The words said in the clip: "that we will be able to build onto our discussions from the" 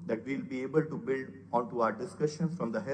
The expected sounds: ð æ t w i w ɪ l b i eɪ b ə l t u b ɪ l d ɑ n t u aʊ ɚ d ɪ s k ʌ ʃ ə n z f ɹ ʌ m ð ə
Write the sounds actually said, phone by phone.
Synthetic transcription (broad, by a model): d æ t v i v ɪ l b i eɪ b ə l t u b ɪ l d ɑ n t u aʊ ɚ d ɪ s k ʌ ʃ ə n f ɹ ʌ m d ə